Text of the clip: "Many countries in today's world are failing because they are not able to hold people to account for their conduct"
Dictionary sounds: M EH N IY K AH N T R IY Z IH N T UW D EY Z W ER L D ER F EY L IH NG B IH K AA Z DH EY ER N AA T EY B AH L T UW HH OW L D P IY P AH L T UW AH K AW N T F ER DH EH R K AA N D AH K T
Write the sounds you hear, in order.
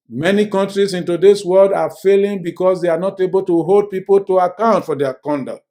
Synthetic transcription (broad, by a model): M EH N IY K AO N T R IY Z IH N T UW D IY S W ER L D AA F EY L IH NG B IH K AA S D EY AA N AA T EY B AH L T UW HH OW L D P IY P AH L T UW AH K AW N T F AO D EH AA K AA N D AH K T